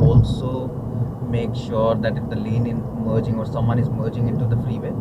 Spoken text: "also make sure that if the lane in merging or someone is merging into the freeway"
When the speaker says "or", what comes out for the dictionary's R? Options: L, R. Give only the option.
R